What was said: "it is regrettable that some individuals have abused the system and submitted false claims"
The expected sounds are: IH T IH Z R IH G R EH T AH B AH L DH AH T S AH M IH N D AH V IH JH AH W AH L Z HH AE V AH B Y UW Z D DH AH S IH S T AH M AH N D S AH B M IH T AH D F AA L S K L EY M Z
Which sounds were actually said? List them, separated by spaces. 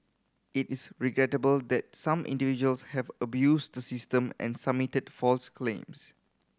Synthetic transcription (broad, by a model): IH T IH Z R IH G R EH T AH B AH L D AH T S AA M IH N D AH V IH JH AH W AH L S HH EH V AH B Y UW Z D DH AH S IH S T AH M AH N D S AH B M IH T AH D F AA L S K L EY M S